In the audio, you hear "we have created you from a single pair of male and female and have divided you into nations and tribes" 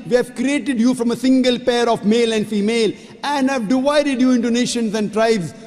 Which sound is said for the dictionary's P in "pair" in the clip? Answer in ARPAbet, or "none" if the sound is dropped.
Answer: P